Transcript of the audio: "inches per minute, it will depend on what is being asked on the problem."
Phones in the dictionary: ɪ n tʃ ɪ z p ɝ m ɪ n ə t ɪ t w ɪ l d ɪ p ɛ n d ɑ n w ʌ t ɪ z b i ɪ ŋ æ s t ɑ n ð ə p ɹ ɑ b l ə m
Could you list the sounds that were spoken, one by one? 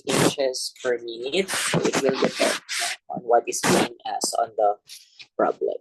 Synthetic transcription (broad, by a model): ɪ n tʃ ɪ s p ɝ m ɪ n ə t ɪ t w ɪ l d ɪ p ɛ n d ɑ n w ʌ t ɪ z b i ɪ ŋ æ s ɑ n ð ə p ɹ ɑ b l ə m